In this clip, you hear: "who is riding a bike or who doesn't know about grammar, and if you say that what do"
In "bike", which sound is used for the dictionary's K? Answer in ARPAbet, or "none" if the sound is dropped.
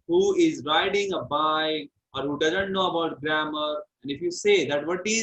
none